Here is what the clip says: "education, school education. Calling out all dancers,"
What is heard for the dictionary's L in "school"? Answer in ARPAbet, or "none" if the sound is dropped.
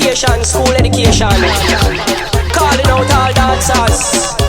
L